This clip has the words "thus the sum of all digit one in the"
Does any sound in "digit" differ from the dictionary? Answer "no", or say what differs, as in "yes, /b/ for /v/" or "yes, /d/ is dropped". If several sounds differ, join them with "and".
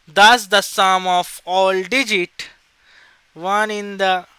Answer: no